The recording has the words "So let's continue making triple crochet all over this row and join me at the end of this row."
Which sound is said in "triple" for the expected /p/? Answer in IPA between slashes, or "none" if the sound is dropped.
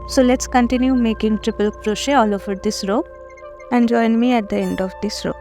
/p/